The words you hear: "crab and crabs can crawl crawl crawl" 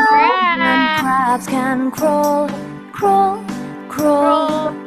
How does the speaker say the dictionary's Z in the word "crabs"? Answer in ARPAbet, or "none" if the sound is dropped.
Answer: none